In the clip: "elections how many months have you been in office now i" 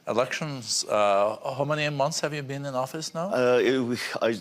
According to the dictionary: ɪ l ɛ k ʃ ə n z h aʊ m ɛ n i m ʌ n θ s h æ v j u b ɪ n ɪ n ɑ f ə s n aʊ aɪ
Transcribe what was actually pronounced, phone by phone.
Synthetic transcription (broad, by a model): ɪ l ɛ k ʃ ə n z h aʊ m ɛ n i m ʌ n θ s h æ v j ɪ b ɪ n ɪ n ɑ f ə s n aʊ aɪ